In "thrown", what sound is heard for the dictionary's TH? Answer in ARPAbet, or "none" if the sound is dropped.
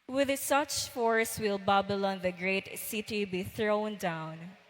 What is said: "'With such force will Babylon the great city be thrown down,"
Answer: TH